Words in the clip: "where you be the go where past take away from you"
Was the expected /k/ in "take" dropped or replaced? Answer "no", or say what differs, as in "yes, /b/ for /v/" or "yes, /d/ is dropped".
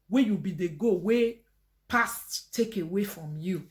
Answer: no